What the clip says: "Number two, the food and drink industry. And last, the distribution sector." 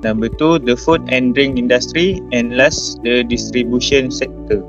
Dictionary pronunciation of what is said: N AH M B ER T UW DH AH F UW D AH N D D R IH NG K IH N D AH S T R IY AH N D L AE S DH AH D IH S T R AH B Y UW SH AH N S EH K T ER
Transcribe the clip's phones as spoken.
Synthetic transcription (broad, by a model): N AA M B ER T UW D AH F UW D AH N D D R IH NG IY N D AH S T R IY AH N L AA S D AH D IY S T R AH B Y UW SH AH N S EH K T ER